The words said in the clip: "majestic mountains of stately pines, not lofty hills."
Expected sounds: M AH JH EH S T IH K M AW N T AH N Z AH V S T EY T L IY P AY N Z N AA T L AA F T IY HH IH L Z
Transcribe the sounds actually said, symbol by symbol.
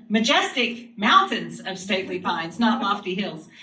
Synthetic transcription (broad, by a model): M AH JH EH S T IH K M AW N T AH N Z AH V S T EY T L IY P AY N Z N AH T L AA F T IY HH IH L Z